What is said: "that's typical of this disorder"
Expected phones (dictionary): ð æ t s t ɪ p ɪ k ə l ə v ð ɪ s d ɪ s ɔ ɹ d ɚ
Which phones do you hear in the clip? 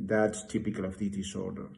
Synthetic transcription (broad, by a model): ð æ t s t ɪ p ɪ k ə l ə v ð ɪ d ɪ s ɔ ɹ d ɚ